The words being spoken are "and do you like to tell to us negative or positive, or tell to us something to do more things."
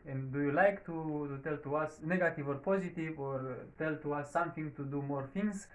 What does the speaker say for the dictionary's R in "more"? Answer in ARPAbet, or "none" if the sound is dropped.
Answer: R